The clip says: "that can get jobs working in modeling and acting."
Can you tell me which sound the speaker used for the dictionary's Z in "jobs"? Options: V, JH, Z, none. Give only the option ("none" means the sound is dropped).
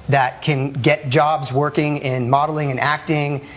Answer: Z